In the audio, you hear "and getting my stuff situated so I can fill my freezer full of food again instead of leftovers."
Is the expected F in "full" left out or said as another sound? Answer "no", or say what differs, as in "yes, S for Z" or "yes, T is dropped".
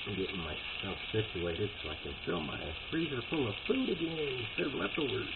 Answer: yes, P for F